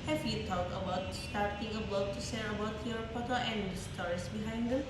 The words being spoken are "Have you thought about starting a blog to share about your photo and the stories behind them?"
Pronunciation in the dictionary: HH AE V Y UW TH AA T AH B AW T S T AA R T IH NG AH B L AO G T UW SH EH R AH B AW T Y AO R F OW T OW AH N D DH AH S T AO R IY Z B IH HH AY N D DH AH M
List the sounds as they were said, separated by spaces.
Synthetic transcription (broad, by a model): HH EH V Y UW T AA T AH B AW T S T AA R T IH NG AH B L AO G T UW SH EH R AH B AW T Y AO R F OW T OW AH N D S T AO R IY S B IH HH AY N D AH